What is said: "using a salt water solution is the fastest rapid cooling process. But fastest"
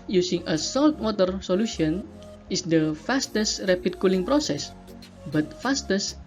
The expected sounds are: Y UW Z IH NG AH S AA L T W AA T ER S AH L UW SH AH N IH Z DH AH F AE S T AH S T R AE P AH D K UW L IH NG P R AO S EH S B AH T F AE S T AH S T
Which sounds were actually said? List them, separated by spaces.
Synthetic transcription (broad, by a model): Y UW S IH NG AH S AA L T W AA T ER S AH L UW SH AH N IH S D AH F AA S T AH S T R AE P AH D K UW L IH NG P R AO S EH S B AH T F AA S T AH S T